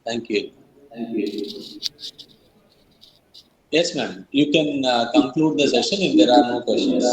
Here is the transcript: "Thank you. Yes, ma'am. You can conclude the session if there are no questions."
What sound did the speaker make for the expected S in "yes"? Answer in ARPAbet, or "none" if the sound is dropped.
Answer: S